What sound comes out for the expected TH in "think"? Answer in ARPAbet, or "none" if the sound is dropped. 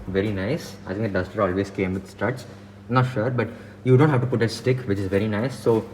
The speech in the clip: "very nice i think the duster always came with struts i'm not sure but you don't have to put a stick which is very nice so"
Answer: T